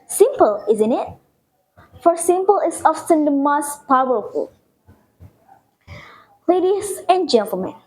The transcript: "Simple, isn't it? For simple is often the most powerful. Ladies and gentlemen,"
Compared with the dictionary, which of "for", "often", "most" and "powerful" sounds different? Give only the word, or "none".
often